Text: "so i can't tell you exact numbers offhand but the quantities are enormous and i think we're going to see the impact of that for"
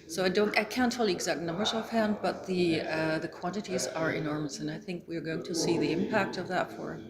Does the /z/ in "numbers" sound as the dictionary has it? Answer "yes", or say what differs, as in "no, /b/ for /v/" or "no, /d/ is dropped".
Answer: yes